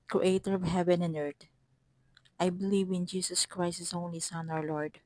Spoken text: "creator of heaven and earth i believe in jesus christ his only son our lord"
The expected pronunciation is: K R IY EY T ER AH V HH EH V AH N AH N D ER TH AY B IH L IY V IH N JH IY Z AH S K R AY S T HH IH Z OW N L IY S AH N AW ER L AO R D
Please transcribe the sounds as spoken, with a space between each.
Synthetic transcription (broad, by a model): K R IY EY T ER AH V HH EH V AH N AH N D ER T AY B IH L IY V IH N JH IY S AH S K R AY S T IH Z OW N L IY S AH N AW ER L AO R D